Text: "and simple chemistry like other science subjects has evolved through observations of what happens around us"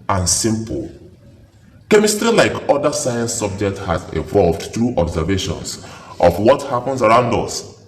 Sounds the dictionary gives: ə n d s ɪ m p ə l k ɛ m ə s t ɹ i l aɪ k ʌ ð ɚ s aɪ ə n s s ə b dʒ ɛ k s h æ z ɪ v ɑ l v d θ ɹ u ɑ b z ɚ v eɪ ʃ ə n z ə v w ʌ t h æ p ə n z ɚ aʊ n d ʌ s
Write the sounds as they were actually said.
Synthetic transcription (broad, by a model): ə n s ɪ m p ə l k ɛ m ə s t ɹ i l aɪ k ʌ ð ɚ s aɪ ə n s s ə b dʒ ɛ k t h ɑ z ɪ v ɑ l v d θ ɹ u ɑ b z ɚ v eɪ ʃ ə n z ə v w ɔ t h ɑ p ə n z ɚ aʊ n d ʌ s